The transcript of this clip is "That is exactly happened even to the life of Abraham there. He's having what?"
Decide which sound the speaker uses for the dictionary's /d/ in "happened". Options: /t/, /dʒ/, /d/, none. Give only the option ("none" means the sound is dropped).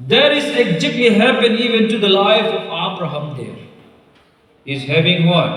none